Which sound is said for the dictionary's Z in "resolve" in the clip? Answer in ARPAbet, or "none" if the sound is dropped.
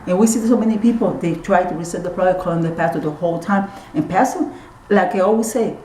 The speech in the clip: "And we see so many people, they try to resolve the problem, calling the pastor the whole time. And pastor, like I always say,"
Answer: S